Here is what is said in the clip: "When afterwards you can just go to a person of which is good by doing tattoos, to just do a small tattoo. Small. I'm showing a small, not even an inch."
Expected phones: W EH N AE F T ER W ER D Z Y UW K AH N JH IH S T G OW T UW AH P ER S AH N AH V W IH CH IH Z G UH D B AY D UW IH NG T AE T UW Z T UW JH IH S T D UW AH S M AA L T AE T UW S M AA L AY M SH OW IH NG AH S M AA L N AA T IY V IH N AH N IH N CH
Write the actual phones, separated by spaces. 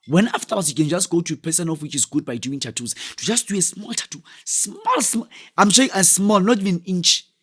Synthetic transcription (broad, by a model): W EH N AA F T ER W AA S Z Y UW K AH N JH IH S T G OW T UW AH P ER S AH N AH F W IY CH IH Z G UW D B AY D UW IH NG T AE T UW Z T UW JH IH S T D UW AH S M AA L T AE T UW S M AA L AY M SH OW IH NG AH S M AA L N AA T IY V IH N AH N N CH